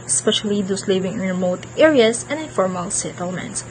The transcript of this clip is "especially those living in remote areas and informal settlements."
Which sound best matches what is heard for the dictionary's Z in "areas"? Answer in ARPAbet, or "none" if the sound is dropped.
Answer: S